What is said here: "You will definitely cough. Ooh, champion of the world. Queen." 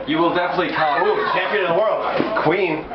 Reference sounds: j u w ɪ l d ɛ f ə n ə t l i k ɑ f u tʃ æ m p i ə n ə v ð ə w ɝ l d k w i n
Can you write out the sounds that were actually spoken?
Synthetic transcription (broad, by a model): j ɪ w ɪ l d ɛ f ə n ə t l i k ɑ u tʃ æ m p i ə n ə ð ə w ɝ l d k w i n